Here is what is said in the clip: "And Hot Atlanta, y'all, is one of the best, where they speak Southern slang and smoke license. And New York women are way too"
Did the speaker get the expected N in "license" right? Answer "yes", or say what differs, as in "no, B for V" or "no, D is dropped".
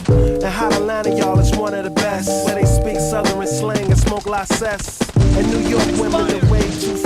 no, N is dropped